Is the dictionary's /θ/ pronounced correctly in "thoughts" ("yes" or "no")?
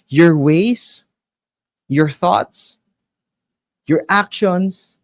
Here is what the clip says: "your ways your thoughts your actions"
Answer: yes